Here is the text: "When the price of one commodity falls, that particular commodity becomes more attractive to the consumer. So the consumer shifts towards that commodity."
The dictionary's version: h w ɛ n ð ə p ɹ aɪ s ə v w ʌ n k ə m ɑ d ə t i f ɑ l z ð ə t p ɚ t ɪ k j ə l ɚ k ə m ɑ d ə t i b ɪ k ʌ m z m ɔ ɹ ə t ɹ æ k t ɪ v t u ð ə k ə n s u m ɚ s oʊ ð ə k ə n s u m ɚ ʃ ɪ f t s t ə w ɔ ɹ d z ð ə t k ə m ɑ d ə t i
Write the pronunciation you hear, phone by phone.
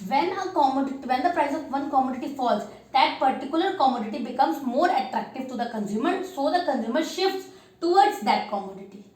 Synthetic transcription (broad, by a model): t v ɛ n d ə p ɹ aɪ s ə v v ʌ n k ə m ɑ d ə t i f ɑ l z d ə t p ɚ t ɪ k j ə l ɚ k ə m ɑ d ə t i b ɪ k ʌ m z m ɔ ɹ ə t ɹ æ k t ɪ v t u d ə k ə n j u m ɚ s oʊ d ə k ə n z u m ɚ ʃ ɪ f t s t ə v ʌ ɹ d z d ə t k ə m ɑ d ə t i